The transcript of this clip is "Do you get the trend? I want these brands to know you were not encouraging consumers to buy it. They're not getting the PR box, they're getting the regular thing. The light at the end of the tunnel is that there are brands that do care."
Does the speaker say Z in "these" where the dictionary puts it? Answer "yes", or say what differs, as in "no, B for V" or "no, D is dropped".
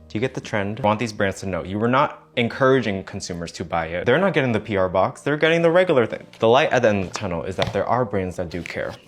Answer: yes